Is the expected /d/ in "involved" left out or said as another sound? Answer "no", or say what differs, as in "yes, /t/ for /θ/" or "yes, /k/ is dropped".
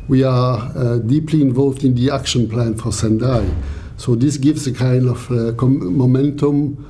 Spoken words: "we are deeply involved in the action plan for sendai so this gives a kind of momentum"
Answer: no